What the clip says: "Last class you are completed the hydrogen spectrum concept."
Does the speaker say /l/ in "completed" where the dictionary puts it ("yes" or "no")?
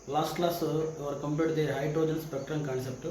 no